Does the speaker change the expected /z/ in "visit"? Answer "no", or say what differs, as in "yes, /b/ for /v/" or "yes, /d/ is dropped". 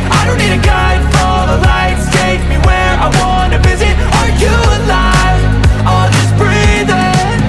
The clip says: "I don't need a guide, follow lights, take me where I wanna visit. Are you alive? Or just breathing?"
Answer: no